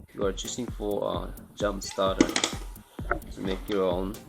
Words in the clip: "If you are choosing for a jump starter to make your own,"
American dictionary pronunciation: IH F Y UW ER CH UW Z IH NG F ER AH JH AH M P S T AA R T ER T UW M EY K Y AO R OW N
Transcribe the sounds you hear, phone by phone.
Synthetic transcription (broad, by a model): Y UW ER CH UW S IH NG F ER AH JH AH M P S T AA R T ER T UW M EY K Y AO R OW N